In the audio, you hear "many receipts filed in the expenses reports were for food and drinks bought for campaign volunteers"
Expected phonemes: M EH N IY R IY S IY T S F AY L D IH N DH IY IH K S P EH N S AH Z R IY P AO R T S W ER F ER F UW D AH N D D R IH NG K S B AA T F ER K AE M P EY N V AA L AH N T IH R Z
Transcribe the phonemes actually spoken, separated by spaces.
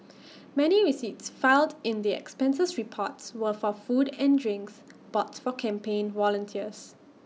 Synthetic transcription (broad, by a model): M EH N IY R IY S IY T S F AY L D IH N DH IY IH K S P EH N S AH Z R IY P AO T S W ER F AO F UW D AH N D D R IH NG K S B AA T F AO K AE M P EY N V AA L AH N T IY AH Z